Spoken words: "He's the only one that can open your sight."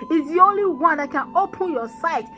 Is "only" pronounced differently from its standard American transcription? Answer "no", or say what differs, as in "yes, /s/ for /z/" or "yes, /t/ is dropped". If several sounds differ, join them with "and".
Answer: no